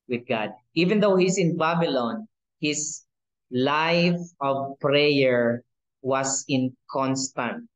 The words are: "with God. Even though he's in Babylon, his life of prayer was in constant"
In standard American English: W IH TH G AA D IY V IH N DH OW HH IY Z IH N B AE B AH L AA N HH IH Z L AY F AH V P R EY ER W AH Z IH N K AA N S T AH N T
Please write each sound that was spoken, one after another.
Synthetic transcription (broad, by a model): W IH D G AA D IY V IH N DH OW HH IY S IH N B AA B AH L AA N HH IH S L AY F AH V P R EY ER W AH S IH N K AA N S T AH N T